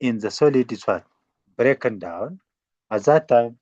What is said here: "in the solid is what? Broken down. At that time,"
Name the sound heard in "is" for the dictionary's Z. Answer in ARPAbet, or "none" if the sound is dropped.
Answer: S